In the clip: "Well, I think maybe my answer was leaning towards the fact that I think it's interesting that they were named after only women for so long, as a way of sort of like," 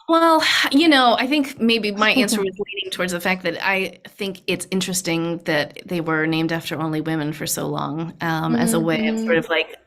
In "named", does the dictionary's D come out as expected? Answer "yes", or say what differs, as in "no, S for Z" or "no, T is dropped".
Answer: yes